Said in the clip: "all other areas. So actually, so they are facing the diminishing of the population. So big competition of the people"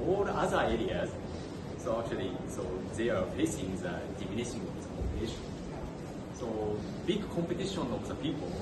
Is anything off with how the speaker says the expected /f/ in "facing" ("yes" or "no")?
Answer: yes